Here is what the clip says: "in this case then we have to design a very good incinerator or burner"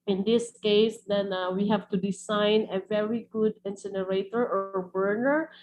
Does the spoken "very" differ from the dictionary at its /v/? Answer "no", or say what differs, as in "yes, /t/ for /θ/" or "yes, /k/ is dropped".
no